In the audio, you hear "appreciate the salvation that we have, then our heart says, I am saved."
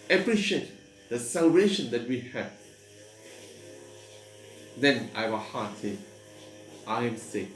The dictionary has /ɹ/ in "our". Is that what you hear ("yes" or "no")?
no